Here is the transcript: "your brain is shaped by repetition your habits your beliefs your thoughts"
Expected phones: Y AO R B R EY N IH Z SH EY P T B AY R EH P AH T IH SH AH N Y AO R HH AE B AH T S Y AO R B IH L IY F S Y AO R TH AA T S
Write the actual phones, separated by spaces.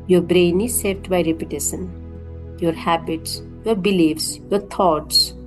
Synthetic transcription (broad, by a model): Y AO R B R EY N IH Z S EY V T B AY R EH P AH T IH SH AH N Y AO R HH AE B AH T S Y AO R B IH L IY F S Y AO R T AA T S